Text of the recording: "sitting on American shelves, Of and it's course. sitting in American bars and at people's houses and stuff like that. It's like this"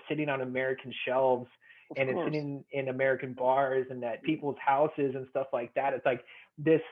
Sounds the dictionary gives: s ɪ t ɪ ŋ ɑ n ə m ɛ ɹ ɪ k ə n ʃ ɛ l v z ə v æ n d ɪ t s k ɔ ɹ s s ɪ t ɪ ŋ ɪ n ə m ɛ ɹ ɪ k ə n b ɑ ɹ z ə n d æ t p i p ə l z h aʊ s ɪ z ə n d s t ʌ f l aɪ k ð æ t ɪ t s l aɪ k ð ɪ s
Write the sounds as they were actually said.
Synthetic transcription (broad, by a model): s ɪ t ɪ ŋ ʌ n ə m ɛ ɹ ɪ k n ʃ ɛ l v z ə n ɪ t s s s ɪ t ɪ ŋ ɪ n ə m ɛ ɹ ɪ k ə n b ɑ ɹ z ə n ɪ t p i p l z h aʊ s ɪ z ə n s t ʌ f l aɪ k ð æ t ɪ t s l aɪ k ð ɪ s